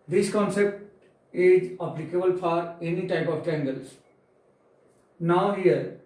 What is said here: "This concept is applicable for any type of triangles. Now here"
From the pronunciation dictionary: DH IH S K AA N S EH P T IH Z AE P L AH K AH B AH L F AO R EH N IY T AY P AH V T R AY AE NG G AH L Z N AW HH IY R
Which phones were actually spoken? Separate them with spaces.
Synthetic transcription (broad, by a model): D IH S K AA N S EH P T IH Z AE P L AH K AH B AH L F AO R EH N IY T AY P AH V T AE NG G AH L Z N AW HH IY R